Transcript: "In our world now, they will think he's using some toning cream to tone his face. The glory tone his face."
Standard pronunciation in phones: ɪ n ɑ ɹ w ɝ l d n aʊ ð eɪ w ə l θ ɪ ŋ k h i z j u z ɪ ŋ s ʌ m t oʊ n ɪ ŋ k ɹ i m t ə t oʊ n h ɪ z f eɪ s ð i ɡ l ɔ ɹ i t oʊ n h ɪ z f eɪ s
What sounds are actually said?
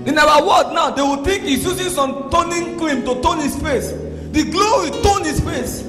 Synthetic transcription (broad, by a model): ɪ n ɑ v w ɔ d n aʊ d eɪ w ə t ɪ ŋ k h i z j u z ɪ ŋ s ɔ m t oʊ n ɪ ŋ k l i m t ə t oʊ n h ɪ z f eɪ s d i ɡ l ɔ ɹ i t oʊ n h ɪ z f eɪ s